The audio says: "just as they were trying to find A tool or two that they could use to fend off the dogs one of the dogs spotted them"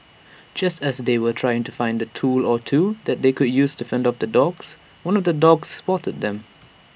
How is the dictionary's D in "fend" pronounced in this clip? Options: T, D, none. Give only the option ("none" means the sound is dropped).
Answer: D